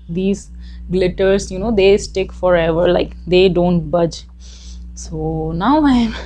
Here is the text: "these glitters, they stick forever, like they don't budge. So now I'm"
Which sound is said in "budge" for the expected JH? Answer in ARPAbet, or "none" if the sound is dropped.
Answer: JH